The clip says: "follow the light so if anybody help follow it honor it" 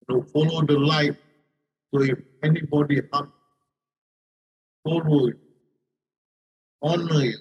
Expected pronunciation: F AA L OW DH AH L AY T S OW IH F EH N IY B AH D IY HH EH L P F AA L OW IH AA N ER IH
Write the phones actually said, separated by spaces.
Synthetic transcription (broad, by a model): F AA L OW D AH L AY T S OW IH F EH N IY B AH D IY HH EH P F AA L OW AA N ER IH